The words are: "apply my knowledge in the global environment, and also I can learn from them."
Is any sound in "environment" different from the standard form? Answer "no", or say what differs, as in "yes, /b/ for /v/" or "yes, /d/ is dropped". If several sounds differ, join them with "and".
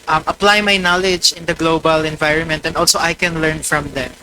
no